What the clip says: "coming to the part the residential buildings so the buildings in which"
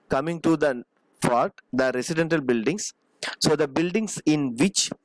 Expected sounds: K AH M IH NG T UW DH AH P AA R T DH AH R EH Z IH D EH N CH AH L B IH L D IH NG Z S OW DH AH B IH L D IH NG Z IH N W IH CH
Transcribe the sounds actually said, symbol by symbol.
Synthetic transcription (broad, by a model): K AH M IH NG T UW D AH F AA R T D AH R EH S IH D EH N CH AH L B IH L D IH NG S S OW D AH B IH L D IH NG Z IH N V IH CH